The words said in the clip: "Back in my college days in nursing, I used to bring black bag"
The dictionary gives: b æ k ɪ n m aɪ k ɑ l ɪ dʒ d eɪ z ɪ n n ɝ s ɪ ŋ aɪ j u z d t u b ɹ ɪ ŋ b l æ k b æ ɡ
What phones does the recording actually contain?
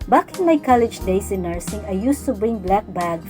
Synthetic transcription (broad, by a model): b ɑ k ɪ n m aɪ k ɑ l ɪ dʒ d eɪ s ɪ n n ɝ s ɪ ŋ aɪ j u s t u b ɹ ɪ ŋ b l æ k b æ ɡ